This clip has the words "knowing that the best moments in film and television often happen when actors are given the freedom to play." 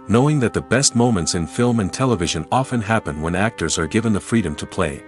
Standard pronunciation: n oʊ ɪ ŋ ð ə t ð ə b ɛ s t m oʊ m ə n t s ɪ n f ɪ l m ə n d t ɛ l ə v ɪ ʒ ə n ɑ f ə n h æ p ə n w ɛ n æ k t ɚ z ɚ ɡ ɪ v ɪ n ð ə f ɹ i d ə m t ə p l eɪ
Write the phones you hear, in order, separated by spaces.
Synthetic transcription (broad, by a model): n oʊ ɪ ŋ ð ə t ð ə b ɛ s t m oʊ m ə n t s ɪ n f ɪ l m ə n t ɛ l ə v ɪ ʒ ə n ɑ f ə n h æ p ə n w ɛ n æ k t ɚ z ɚ ɡ ɪ v ɪ n ð ə f ɹ i d ə m t ə p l eɪ